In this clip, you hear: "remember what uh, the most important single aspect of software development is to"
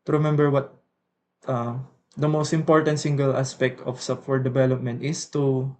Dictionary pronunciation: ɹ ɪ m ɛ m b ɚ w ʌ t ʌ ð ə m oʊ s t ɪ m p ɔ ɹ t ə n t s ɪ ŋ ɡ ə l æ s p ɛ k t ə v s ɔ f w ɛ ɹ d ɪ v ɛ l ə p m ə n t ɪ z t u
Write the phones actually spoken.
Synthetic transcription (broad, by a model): ɹ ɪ m ɛ m b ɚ w ʌ t ʌ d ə m oʊ s t ɪ m p ɔ ɹ t ə n t s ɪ ŋ ɡ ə l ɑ s p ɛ k t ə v s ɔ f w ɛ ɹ d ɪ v ɛ l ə p m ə n t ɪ s t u